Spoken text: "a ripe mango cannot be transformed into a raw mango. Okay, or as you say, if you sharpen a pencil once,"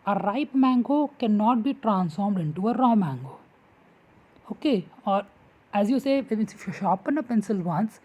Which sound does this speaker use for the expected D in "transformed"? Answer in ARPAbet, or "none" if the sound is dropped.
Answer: D